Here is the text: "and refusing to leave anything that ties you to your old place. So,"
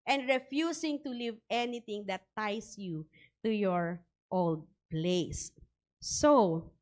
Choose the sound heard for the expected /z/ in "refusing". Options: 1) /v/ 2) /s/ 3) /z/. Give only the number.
2